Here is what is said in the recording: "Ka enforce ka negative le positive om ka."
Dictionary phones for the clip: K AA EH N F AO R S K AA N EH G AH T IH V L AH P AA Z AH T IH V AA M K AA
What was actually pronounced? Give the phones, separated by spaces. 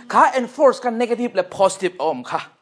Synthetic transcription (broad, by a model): K AA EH N F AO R S K AA N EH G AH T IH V L AH P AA S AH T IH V AA M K AA